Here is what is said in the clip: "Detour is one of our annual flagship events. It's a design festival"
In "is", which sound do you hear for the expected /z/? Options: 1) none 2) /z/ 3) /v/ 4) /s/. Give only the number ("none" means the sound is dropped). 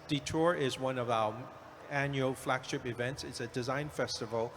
2